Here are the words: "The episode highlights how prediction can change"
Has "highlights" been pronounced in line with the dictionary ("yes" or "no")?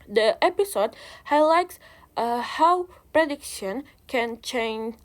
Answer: yes